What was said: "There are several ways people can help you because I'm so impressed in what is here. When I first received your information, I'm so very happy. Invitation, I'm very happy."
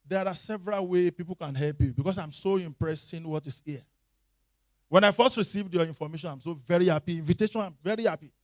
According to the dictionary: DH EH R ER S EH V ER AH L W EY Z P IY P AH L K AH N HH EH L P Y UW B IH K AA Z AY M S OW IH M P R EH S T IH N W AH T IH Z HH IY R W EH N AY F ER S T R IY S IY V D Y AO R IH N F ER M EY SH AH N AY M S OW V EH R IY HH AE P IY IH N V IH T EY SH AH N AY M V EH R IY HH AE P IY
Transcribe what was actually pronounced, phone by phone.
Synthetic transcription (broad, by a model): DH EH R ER S EH V ER AH L W EY P IY P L K AH N HH EH L P Y UW B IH K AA S AY M S OW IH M P R EH S IH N W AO T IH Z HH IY W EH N AY F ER S T R IY S IY V D Y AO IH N F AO M EY SH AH N AY M S OW V EH R IY HH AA P IY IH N V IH T EY SH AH N AY M V EH R IY HH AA P IY